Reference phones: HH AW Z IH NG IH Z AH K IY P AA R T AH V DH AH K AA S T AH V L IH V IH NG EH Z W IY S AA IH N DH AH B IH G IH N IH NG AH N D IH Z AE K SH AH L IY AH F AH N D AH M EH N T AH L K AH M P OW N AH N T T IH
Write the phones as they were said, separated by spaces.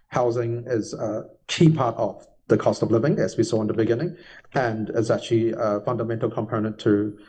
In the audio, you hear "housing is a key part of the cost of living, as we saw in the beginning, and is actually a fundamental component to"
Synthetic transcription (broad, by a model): HH AW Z IH NG IH Z AH K IY P AA R T AH V DH AH K AA S T AH V L IH V IH NG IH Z W IY S AA IH N DH AH B IH G IH N IH NG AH N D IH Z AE K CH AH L IY AH F AH N D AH M EH N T L K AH M P OW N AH N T T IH